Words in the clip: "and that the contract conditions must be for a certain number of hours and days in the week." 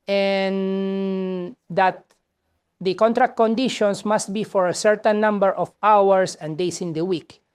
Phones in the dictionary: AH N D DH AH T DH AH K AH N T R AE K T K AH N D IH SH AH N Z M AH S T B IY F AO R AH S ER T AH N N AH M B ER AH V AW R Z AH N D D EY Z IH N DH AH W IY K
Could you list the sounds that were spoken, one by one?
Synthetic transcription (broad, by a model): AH N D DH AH T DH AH K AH N T R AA K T K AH N D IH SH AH N S M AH S T B IY F AO R AH S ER T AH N N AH M B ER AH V AW R S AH N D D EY S IH N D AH W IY K